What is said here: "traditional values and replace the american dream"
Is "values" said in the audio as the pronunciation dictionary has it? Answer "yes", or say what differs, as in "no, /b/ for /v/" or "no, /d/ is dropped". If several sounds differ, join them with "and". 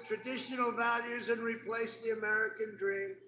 yes